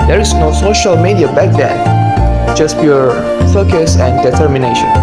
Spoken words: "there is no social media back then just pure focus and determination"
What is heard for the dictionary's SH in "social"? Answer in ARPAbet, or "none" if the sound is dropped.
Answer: SH